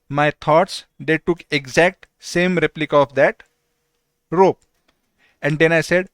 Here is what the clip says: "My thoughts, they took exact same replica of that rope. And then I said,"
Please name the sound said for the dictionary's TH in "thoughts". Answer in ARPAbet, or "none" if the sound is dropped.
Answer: T